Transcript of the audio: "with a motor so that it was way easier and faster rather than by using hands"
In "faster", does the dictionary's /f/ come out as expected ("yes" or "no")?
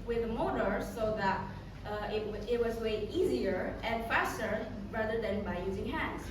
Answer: yes